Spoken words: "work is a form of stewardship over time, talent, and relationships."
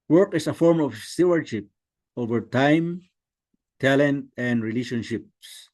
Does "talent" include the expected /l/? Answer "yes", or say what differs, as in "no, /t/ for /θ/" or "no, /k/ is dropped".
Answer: yes